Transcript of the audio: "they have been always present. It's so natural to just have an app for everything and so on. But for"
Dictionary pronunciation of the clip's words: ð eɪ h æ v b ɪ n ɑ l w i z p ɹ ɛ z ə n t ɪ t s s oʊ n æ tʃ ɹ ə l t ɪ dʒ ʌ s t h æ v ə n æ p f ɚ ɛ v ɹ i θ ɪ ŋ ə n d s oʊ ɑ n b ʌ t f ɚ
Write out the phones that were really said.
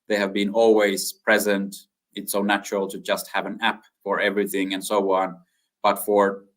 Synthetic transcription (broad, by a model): ð eɪ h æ v b ɪ n ɑ l w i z p ɹ ɛ z ə n t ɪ t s s oʊ n æ tʃ ɹ ə l t ɪ dʒ ʌ s t h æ v ə n æ p f ɚ ɛ v ɹ i θ ɪ ŋ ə n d s oʊ ɑ n b ʌ t f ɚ